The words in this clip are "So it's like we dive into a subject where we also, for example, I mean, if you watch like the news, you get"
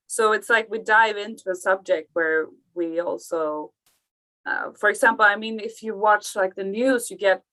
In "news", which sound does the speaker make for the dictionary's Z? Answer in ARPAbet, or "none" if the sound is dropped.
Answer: Z